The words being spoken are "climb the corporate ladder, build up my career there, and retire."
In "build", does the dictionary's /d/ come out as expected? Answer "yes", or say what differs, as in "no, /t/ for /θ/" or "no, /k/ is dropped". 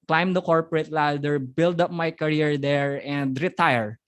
yes